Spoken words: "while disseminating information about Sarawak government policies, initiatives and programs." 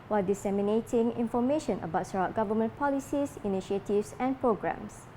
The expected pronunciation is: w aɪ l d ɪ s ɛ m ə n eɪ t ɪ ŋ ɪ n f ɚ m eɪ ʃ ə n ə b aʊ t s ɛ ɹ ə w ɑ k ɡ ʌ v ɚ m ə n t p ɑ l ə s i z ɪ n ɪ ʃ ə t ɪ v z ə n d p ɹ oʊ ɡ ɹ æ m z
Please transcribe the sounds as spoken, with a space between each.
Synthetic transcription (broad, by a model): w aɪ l d ɪ s ɛ m ə n eɪ t ɪ ŋ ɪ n f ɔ m eɪ ʃ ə n ə b aʊ t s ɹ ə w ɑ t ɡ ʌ v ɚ m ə n p ɑ l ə s i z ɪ n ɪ ʃ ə t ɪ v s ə n p ɹ oʊ ɡ ɹ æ m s